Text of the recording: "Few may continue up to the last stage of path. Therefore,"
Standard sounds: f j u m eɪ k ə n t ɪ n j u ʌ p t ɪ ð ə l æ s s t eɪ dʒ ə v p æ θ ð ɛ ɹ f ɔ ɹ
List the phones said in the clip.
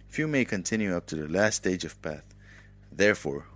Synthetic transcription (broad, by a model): f j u m eɪ k ə n t ɪ n j u ʌ p t ɪ ð ə l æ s s t eɪ dʒ ə v p æ θ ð ɛ ɹ f ɔ ɹ